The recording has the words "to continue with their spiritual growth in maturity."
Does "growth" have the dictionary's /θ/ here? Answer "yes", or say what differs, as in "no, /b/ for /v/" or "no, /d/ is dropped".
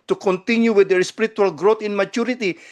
no, /t/ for /θ/